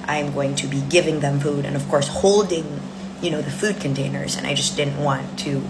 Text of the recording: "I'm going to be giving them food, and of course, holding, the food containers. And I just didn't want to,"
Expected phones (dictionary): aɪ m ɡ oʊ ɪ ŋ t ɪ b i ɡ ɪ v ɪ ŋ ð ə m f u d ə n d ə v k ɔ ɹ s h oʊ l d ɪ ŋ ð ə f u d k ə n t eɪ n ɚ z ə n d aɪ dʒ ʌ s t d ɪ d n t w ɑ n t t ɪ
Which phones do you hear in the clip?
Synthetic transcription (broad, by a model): aɪ m ɡ oʊ ɪ ŋ t ɪ b i ɡ ɪ v ɪ ŋ ð ə m f u d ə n ə v k ɔ ɹ s h oʊ l d ɪ ŋ ð ə f u d k ə n t eɪ n ɚ z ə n aɪ dʒ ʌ s d ɪ d n t w ɑ n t t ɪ